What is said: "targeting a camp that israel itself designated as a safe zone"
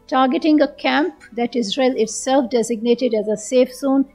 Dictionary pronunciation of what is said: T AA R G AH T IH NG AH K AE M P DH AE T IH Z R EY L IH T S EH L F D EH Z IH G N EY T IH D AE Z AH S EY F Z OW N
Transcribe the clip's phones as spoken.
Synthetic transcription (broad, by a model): T AA R G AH T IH NG AH K AE M P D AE T IH Z R EY L IH T S EH L F D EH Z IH G N EY T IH D AE Z AH S EY F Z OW N